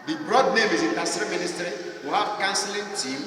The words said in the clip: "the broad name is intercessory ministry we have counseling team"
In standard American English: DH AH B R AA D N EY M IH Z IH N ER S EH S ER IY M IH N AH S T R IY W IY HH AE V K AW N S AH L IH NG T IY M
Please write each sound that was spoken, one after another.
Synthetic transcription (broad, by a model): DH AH B R AA D N EY M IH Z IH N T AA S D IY M IH N AH S T R IY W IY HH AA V K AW N S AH L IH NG T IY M